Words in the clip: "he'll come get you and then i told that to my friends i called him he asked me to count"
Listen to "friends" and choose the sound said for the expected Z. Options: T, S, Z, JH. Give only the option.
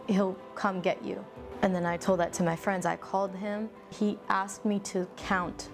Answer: Z